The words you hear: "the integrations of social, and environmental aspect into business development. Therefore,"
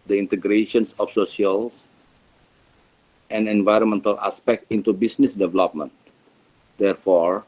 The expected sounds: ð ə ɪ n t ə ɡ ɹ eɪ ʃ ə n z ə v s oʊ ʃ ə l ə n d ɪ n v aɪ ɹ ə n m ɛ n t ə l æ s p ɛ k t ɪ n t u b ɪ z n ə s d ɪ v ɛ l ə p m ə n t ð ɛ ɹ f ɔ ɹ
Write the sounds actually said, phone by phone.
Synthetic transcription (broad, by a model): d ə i n t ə ɡ ɹ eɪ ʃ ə n s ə f s oʊ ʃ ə l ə n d ɪ n v aɪ ɹ ə n m ɛ n t ə l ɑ s p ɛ k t ɪ n t u b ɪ s n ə s d ɪ v ɛ l ə p m ə n t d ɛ ɹ f ɔ ɹ